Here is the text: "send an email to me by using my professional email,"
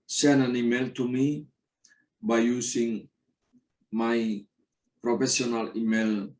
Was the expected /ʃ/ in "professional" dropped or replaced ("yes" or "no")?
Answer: yes